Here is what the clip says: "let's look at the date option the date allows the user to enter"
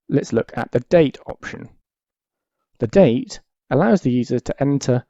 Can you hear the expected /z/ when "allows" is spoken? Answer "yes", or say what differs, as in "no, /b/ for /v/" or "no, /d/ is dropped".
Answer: yes